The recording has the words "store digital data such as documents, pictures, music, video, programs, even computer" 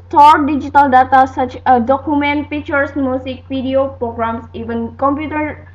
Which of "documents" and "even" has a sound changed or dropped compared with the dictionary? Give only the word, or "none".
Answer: documents